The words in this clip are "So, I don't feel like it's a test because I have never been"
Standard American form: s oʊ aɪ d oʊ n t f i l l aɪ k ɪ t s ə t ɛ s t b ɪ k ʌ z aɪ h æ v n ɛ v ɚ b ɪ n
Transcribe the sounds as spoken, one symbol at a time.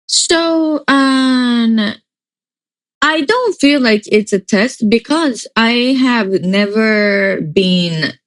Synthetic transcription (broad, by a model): s oʊ aɪ d oʊ n t f i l l aɪ k ɪ t s ə t ɛ s t b ɪ k ʌ z aɪ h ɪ v n ɛ v ɚ b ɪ n